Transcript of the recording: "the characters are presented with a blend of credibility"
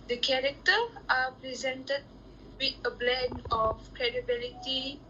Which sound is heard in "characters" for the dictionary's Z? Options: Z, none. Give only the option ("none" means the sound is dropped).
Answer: none